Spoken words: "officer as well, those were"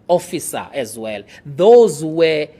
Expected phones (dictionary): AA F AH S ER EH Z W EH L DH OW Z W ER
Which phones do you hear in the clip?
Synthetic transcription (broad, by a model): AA F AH S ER EH Z W EH L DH OW Z W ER